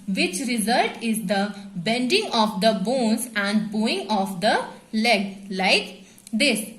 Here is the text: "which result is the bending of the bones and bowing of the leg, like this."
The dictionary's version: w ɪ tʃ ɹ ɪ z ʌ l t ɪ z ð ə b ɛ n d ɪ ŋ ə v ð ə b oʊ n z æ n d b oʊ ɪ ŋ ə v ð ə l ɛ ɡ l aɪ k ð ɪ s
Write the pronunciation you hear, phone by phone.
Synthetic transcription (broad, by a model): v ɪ tʃ ɹ ɪ z ʌ l t ɪ z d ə b ɛ n d ɪ ŋ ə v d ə b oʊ n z æ n d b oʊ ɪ ŋ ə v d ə l ɛ ɡ l aɪ k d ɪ s